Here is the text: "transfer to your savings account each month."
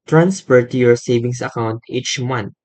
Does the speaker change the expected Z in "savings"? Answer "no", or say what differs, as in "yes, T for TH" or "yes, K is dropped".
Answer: yes, S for Z